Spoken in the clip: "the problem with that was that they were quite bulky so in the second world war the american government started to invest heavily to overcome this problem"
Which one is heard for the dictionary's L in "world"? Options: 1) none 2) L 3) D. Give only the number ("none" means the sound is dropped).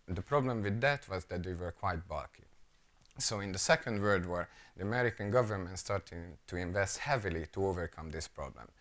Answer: 1